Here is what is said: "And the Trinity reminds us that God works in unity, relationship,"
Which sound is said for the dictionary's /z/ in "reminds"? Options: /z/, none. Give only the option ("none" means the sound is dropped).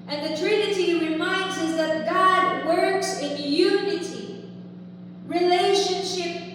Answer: /z/